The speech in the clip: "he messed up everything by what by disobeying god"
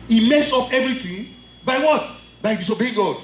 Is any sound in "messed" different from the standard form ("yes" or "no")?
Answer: yes